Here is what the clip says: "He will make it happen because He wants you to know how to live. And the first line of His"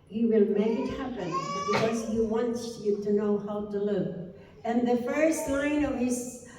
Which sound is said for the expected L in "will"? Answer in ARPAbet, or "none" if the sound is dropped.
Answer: L